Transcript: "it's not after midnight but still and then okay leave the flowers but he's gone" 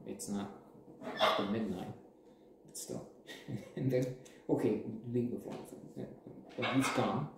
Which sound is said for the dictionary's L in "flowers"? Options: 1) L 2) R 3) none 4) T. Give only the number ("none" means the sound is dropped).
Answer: 3